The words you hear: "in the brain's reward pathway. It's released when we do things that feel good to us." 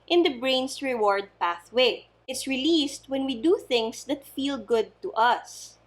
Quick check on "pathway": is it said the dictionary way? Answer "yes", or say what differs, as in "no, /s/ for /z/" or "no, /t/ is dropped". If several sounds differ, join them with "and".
yes